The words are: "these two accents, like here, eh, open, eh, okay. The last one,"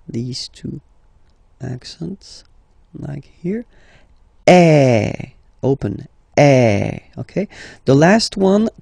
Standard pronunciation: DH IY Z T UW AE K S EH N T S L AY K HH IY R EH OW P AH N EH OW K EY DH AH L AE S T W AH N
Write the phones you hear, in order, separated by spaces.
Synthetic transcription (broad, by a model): DH IY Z T UW AE K S EH N T S L AY K HH IY R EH OW P AH N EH OW K EY DH AH L AE S T W AH N